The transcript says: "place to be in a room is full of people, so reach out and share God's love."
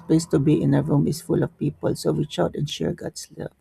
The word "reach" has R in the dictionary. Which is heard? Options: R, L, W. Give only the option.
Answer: W